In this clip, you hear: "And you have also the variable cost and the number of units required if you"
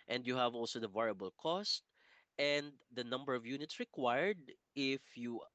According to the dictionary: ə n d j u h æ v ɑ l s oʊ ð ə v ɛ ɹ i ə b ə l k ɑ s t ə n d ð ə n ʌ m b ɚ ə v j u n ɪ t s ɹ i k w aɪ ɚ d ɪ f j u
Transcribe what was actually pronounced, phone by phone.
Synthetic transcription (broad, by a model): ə n d j u h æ v ɑ l s oʊ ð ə v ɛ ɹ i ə b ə l k ɑ s t ə n d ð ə n ʌ m b ɚ ə v j u n ɪ t s ɹ i k w aɪ ɚ d ɪ f j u